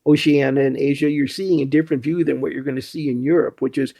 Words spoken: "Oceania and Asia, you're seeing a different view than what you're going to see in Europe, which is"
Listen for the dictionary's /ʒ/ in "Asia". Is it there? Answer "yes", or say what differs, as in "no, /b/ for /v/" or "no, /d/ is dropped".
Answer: yes